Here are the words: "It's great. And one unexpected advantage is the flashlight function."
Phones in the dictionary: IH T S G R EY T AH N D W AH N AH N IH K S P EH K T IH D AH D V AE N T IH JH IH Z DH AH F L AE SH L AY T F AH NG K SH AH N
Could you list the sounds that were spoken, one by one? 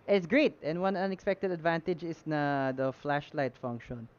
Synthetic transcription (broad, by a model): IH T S G R EY T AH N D W AH N AH N IH K S P EH K T IH D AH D V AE N T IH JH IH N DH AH F L AE SH L AY T F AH NG K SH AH N